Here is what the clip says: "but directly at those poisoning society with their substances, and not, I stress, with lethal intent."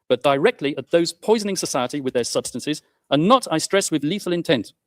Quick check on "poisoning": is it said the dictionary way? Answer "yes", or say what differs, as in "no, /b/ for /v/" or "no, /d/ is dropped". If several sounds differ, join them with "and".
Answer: yes